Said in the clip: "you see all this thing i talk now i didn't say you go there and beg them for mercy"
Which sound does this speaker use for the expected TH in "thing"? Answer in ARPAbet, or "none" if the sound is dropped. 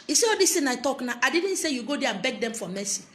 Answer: T